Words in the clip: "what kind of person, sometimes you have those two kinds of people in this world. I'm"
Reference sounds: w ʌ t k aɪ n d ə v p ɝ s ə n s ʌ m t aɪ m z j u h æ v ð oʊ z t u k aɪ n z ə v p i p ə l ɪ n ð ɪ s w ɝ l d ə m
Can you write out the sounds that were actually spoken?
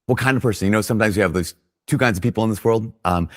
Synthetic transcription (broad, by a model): w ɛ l k aɪ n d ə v p ɝ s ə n s ʌ m t aɪ m z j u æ v ð oʊ z t u k aɪ n z ə v p i p l ɪ n ð ɪ s w ɝ l d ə m